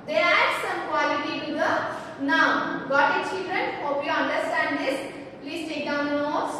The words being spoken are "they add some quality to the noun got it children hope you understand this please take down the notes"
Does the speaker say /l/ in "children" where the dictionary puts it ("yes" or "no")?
yes